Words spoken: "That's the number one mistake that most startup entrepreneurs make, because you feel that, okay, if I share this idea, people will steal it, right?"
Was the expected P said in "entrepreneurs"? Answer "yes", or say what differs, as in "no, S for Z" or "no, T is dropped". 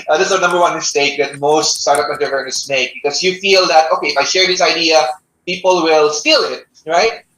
no, P is dropped